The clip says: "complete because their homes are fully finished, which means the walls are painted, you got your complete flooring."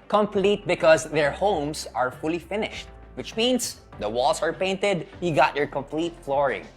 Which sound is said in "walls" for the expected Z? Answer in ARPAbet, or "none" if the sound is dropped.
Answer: S